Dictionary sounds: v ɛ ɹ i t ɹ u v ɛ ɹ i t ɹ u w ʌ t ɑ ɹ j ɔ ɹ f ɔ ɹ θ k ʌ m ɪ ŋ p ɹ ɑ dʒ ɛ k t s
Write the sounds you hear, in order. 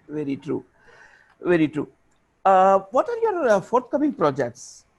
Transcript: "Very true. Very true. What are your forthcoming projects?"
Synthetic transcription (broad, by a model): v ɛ ɹ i t ɹ u v ɛ ɹ i t ɹ u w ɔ t ɑ ɹ j ɔ ɹ f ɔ ɹ t k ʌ m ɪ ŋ p ɹ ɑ dʒ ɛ k t s